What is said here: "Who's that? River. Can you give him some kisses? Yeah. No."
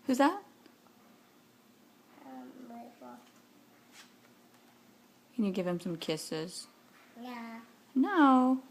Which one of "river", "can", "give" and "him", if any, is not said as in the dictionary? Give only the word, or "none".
river